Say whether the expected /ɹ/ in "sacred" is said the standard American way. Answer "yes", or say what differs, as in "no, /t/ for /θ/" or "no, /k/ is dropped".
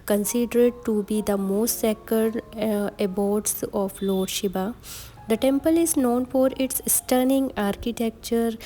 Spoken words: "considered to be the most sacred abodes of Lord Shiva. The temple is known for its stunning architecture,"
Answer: no, /ɹ/ is dropped